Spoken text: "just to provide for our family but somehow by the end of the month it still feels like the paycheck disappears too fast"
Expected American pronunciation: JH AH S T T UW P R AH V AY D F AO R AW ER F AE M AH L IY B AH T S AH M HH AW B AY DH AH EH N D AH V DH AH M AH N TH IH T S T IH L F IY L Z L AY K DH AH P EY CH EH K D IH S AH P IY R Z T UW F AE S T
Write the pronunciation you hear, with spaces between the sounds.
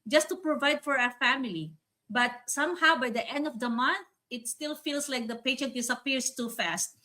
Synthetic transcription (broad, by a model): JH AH S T T UW P R AH V AY D F AO R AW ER F AE M AH L IY B AH T S AH M HH AW B AY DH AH EH N D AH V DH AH M AH N TH IH T S T IH L F IY L S L AY K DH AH P EY SH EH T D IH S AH P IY R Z T UW F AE S T